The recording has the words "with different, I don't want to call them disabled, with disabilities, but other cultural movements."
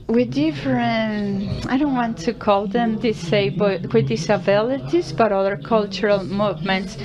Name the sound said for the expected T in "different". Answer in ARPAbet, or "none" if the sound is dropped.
none